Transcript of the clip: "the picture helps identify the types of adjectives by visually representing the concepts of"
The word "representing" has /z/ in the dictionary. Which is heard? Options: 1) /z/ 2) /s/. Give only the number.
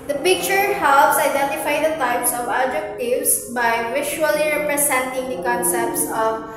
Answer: 2